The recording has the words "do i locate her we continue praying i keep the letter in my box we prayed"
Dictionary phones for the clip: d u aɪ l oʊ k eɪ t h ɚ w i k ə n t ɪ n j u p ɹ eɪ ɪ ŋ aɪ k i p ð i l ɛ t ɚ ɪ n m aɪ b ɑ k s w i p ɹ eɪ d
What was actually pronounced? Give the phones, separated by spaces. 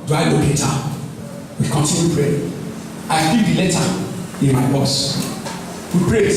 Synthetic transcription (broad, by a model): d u aɪ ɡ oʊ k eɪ t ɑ w i k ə n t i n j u p ɹ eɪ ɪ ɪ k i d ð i l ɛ t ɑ ɪ n m aɪ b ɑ s w i p ɹ eɪ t